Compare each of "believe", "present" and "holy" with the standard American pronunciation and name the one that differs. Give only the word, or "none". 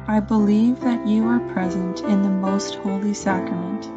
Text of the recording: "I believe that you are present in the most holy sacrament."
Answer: none